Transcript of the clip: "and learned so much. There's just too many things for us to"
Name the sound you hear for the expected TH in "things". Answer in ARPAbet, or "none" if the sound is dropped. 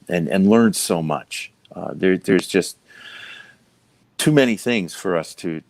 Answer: TH